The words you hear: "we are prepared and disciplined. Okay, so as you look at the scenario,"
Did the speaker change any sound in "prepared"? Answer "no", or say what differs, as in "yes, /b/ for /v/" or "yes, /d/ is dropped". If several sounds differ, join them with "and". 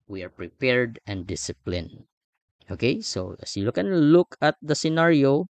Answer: no